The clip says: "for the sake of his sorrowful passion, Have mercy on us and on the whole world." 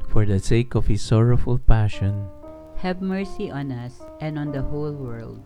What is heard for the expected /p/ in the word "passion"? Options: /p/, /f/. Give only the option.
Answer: /p/